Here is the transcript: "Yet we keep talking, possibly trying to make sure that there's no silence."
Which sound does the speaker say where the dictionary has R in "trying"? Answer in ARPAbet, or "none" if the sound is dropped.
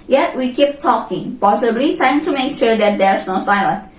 none